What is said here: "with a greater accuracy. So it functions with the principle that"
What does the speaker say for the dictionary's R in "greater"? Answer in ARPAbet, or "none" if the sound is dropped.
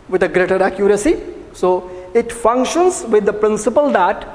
R